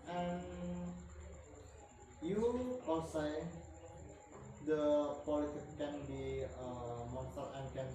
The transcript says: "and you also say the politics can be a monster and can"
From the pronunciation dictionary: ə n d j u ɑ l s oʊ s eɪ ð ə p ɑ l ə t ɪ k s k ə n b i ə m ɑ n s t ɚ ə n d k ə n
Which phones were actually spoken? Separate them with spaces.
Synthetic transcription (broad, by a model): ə n j u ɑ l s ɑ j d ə p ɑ l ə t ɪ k k ə n b i ə m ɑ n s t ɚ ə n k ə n